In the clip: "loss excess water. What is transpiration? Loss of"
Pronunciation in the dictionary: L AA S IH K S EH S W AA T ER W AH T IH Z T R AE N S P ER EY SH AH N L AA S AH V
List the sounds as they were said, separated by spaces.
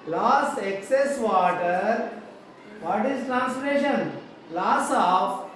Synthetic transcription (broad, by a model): L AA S IH K S EH S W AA T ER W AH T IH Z T R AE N S F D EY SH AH N L AA S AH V